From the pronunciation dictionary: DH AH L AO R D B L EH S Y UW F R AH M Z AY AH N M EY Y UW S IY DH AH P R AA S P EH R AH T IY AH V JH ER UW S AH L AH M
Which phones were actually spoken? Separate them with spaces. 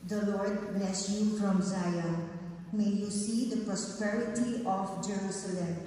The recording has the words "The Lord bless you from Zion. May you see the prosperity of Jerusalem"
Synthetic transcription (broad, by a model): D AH L AO R D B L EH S Y UW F R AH M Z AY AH L M EY Y UW S IY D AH P R AA S P EH R AH T IY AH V JH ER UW S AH L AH M